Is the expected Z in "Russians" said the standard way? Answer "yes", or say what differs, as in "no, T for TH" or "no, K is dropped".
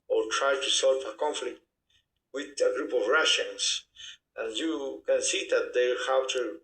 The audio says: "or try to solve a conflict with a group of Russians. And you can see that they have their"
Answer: no, S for Z